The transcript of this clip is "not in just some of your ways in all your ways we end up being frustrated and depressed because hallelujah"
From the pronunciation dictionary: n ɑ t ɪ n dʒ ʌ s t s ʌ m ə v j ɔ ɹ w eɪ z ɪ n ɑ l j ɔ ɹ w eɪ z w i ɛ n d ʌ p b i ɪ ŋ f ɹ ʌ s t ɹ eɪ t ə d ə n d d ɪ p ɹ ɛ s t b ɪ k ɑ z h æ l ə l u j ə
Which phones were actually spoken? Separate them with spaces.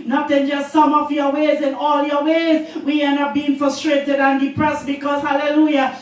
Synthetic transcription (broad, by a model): n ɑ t ɪ n dʒ ʌ s t s ʌ m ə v j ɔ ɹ w eɪ z ɪ n ɑ l j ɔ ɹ w eɪ z w i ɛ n ʌ b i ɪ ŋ f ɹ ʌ s t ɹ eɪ t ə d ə n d d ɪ p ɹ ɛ s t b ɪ k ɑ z h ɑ l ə l u j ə